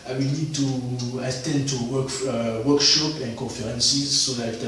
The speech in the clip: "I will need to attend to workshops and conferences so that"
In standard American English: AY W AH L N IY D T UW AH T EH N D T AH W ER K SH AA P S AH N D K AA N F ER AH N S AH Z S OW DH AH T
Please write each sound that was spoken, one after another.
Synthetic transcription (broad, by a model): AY W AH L N IY D T UW AH T EH N D T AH W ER K SH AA P AH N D K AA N F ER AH N S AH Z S OW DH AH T